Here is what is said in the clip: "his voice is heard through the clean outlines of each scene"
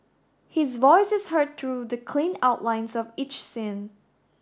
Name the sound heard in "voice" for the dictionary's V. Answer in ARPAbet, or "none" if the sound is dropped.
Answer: V